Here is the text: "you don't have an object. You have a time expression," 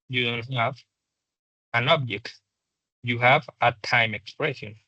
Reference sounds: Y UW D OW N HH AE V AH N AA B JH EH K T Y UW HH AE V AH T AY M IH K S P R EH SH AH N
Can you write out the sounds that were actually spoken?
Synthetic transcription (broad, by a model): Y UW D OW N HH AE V AH N AA B JH EH K T Y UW HH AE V AH T AY M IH K S P R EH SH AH N